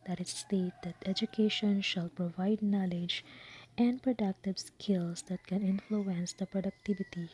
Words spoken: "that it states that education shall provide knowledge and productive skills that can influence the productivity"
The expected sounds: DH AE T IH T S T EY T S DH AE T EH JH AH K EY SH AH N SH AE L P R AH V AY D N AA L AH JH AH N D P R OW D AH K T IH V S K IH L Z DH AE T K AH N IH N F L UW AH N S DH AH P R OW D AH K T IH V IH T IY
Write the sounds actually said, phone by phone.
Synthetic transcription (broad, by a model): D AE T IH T S T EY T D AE T EH JH AH K EY SH AH N SH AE L P R AH V AY D N AA L AH JH AH N D P R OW D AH K T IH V S K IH L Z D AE T K AH N IH N F L UW AH N S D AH P R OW D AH K T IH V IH T IY